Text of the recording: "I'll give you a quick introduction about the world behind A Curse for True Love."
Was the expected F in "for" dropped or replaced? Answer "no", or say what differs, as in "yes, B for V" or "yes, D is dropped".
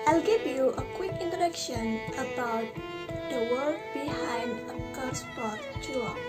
yes, P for F